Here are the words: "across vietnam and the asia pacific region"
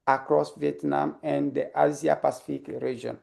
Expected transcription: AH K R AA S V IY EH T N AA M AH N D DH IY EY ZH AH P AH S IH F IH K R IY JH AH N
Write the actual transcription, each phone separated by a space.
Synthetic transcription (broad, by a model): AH K R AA S V IY EH T N AA M AH N D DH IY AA Z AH P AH S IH F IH K R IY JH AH N